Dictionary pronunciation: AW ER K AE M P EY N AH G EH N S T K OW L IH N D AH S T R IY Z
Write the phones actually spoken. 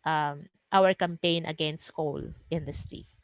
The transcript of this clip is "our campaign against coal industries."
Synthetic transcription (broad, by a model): AW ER K AE M P EY N AH G EH N S T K OW L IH N D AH S T R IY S